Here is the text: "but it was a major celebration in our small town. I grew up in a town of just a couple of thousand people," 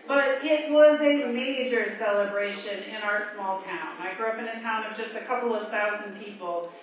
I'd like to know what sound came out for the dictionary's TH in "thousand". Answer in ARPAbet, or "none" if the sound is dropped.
TH